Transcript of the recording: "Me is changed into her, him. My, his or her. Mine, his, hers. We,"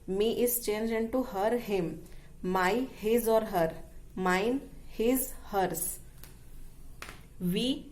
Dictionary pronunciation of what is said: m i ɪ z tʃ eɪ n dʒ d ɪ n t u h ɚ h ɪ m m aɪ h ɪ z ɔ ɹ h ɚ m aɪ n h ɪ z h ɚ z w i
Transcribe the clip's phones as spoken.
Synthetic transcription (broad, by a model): m i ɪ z tʃ eɪ n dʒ ɪ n t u h ɚ h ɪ m m aɪ h ɪ z ɔ ɹ h ɚ m aɪ n h ɪ z h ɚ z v i